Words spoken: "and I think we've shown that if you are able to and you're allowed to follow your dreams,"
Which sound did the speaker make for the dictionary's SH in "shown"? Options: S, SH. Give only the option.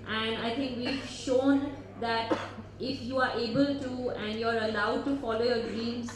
SH